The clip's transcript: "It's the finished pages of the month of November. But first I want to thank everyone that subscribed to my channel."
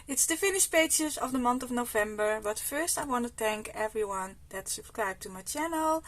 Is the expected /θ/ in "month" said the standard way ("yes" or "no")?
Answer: no